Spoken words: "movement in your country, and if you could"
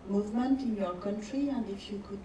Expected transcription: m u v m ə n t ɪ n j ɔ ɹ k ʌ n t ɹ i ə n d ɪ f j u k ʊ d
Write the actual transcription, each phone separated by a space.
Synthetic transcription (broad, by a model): m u v m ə n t ɪ n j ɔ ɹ k ʌ n t ɹ i ə n d ɪ f j u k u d